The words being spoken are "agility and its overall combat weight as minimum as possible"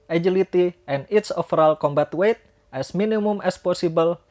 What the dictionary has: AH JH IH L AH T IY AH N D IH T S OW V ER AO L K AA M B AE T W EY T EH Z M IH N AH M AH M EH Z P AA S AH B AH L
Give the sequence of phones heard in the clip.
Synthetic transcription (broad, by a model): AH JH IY L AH T IY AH N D IH T S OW F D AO L K AA M B AE T W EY T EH S M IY N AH M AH M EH S P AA S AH B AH L